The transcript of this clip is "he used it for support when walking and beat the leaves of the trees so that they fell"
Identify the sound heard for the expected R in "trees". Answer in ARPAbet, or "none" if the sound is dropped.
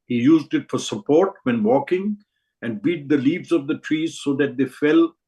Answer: R